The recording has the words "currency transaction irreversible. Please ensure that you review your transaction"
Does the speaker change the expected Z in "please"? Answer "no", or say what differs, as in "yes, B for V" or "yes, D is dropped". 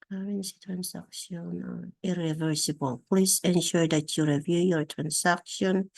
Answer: yes, S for Z